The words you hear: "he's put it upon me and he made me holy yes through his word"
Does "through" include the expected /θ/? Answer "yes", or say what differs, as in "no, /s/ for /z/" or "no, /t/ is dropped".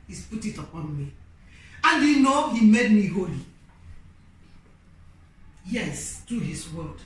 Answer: no, /t/ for /θ/